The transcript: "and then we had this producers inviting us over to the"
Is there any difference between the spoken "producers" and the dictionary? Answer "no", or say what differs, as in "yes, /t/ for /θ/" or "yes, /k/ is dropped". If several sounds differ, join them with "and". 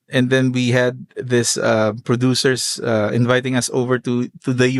yes, /s/ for /z/